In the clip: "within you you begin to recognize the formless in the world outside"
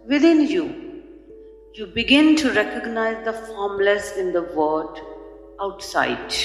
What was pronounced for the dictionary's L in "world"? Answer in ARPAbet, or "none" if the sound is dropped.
none